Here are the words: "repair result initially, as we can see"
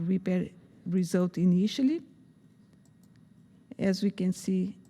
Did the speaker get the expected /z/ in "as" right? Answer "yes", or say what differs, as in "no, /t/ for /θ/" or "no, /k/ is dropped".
yes